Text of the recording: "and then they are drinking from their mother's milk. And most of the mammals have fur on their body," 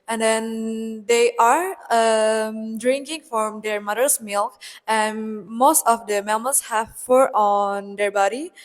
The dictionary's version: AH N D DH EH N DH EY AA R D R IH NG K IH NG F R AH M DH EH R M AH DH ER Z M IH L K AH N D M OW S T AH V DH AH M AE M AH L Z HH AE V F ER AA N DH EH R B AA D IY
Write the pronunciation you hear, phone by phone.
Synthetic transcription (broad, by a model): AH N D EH N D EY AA R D R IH NG K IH NG F R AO M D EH R M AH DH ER S M IH L K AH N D M OW S T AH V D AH M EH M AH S HH AE V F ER AA N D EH R B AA D IY